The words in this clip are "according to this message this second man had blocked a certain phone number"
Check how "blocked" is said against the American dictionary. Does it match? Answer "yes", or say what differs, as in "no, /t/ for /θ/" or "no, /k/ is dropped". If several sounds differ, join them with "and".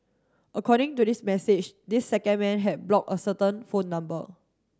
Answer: no, /t/ is dropped